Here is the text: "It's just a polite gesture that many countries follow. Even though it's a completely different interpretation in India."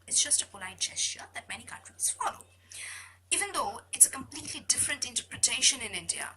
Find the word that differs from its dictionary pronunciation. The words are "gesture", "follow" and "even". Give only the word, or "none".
gesture